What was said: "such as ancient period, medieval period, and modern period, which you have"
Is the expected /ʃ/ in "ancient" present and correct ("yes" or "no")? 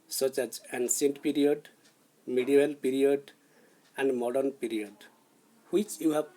no